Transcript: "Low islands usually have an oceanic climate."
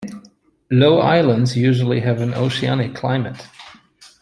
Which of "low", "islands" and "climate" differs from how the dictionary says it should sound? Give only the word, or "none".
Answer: none